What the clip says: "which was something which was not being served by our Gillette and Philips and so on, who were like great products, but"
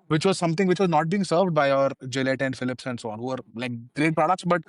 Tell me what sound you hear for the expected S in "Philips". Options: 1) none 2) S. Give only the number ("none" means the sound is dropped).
2